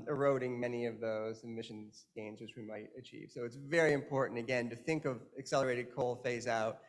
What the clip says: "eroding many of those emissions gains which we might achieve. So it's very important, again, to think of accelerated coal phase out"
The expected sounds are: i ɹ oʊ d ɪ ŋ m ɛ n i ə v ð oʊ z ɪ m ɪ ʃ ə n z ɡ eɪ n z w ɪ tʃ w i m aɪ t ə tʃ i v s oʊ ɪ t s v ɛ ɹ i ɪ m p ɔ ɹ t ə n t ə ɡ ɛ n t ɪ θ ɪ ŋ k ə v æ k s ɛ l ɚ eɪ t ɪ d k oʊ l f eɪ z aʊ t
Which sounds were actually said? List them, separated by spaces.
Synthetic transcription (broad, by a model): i ɹ oʊ d ɪ ŋ m ɛ n i ə v ð oʊ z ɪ m ɪ ʃ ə n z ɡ eɪ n z w ɪ tʃ w i m aɪ t ə tʃ i v s oʊ ɪ t s v ɛ ɹ i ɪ m p ɔ ɹ t n t ə ɡ ɛ n t ɪ θ ɪ ŋ k ə v æ k s ɛ l ɚ eɪ t ɪ d k oʊ l f eɪ z aʊ t